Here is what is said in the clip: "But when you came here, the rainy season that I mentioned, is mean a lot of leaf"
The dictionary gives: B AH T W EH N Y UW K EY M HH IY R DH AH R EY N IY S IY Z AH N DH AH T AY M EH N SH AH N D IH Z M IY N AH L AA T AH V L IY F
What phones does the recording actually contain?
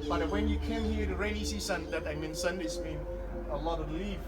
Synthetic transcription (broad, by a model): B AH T W EH N Y UW K EY M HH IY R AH R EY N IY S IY S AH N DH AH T AY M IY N S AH N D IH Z M IY N AH L AA T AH L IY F